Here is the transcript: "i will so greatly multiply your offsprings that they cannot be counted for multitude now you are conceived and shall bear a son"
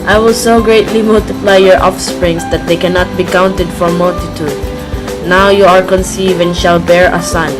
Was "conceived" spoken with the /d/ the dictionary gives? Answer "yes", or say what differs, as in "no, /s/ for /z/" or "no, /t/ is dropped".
no, /d/ is dropped